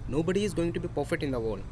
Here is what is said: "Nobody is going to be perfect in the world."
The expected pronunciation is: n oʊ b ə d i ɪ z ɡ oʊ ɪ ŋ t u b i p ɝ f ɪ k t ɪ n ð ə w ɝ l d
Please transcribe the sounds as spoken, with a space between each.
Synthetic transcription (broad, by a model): n oʊ b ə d i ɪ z ɡ oʊ ɪ ŋ t u b i p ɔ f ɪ t ɪ n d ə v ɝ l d